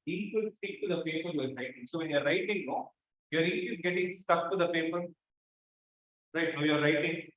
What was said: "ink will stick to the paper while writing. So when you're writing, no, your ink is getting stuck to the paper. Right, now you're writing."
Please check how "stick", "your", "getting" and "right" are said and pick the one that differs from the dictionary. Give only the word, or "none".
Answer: stick